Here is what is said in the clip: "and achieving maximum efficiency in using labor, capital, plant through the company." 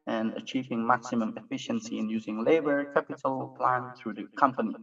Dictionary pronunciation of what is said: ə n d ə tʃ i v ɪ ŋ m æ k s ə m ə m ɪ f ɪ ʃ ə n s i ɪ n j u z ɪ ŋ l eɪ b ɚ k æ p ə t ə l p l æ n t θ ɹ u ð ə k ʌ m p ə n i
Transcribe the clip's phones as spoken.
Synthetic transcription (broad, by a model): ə n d ə tʃ i v ɪ ŋ m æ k s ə m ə m ɪ f ɪ ʃ ə n s i ɪ n j u z ɪ ŋ l eɪ b ɚ k æ p ə t ə l p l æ n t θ ɹ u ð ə k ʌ m p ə n i